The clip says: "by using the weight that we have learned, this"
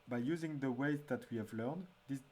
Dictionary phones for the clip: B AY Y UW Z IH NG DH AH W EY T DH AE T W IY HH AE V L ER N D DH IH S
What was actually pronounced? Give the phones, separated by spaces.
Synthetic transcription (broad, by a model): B AY Y UW Z IH NG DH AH W EY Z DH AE T W IY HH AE V L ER N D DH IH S